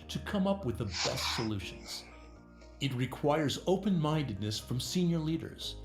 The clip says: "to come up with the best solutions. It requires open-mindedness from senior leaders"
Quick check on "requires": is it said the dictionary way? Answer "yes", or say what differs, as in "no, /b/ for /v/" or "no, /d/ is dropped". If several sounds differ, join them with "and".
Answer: yes